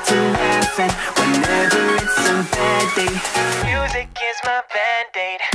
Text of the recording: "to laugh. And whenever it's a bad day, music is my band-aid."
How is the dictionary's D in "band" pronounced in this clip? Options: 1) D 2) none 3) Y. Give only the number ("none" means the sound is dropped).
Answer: 1